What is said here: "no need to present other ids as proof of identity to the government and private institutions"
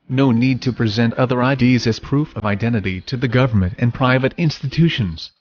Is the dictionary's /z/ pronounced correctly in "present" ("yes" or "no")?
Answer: yes